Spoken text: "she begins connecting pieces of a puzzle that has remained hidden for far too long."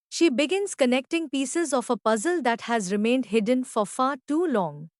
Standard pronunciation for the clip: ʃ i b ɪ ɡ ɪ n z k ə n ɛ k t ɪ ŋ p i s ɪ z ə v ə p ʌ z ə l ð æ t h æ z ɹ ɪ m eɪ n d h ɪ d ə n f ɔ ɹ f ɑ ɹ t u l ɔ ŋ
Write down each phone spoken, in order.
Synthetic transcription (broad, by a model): ʃ i b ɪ ɡ ɪ n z k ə n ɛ k t ɪ ŋ p i s ɪ z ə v ə p ʌ z ə l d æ t h æ z ɹ ɪ m eɪ n d h ɪ d ə n f ɔ ɹ f ɑ ɹ t u l ɔ ŋ